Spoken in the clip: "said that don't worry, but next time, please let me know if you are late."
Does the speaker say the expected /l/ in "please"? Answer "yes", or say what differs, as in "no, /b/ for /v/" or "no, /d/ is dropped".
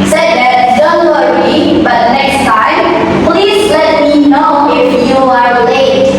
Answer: yes